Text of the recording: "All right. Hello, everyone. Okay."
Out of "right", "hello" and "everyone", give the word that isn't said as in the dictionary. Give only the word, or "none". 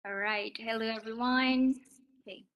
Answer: none